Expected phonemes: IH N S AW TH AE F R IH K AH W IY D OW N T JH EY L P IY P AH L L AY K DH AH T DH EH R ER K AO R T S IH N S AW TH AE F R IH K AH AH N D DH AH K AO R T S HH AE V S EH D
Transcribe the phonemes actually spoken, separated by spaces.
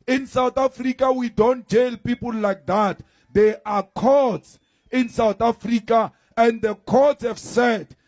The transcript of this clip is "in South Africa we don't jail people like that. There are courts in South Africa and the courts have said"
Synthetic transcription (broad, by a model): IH N S AW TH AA F R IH K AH W IY D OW N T JH EY L P IY P AH L L AY K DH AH T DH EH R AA K AO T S IH N S AW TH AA F R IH K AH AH N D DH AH K AO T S HH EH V S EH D